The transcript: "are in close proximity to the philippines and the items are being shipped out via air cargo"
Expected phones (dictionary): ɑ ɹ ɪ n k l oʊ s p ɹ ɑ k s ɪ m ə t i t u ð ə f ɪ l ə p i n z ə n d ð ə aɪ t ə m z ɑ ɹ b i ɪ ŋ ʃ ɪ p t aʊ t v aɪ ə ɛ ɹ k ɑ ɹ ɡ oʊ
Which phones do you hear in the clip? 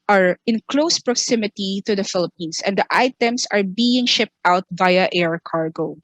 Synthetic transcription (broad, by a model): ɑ ɹ ɪ n k l oʊ s p ɹ ɑ k s ɪ m ə t i t u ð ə f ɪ l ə p i n s ə n d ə aɪ t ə m s ɑ ɹ b i ɪ ŋ ʃ ɪ p t aʊ t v aɪ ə ɛ ɹ k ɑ ɹ ɡ oʊ